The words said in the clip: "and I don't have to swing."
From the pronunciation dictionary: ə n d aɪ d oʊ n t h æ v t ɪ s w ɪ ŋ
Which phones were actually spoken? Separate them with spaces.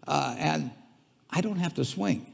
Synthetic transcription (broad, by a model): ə n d aɪ d oʊ n t h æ f t ɪ s w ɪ ŋ